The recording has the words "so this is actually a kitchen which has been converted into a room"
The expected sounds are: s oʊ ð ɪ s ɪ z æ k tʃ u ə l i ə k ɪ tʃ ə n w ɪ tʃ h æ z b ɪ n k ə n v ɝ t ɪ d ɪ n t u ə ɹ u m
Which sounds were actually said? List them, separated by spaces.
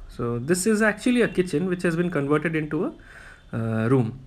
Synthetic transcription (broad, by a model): s oʊ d ɪ s ɪ z æ k tʃ u ə l i ə k ɪ tʃ ə n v ɪ tʃ h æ z b ɪ n k ə n v ɝ t ɪ d ɪ n t u ə ɹ u m